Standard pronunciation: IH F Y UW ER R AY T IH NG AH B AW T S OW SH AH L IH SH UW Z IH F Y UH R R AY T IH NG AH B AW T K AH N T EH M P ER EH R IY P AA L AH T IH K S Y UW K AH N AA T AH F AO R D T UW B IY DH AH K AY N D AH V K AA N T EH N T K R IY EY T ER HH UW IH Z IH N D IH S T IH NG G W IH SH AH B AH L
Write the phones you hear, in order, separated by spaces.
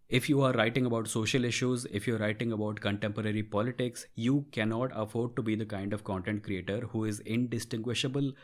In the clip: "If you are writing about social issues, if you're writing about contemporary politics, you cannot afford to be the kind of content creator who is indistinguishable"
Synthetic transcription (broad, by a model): IH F Y UW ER R AY T IH NG AH B AW T S OW SH AH L IH SH UW Z IH F Y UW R R AY T IH NG AH B AW T K AH N T EH M P ER EH R IY P AA L AH T IH K S Y UW K AH N AA T AH F AO R D T UW B IY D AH K AY N D AH V K AA N T EH N T K R IY EY T ER HH UW IH Z IH N D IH S T IH NG G W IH SH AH B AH L